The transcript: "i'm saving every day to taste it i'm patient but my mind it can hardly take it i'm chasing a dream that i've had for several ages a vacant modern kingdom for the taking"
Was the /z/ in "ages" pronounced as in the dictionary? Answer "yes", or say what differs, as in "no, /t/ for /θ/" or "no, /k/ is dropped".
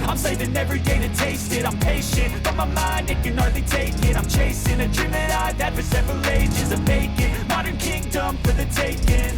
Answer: yes